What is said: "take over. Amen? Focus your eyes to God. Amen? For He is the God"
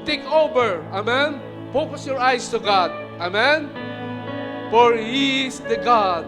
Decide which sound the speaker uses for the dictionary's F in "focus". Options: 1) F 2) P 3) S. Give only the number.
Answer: 2